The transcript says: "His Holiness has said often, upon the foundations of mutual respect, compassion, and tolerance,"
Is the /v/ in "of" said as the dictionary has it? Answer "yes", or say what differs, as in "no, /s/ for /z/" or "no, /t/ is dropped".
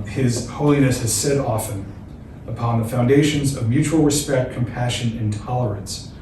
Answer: yes